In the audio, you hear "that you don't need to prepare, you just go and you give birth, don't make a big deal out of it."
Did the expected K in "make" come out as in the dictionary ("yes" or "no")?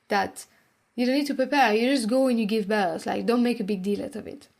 yes